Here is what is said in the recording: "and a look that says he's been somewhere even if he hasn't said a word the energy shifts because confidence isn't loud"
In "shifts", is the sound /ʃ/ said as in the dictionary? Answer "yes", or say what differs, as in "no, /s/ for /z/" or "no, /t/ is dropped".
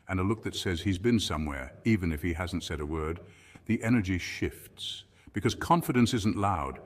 yes